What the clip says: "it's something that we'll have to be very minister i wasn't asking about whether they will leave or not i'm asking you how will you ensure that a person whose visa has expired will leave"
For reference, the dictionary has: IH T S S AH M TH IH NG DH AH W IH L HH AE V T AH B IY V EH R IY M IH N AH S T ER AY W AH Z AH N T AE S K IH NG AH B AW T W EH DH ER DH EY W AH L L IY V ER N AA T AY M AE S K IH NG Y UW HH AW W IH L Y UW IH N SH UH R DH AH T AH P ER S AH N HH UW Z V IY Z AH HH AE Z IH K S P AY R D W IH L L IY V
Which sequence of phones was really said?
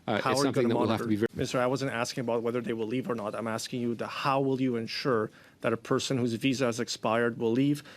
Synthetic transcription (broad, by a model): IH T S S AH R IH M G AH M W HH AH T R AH B IY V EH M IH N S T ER AY W AH Z AH N T AE S K IH NG AH B AW T W EH DH ER DH EY W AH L L IY V ER N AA T AY M AE S K IH NG Y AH HH AW W IH L Y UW IH N SH UH R DH AH T AH P ER S AH N HH UW Z V IY Z AH Z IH K S P AY R D W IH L L IY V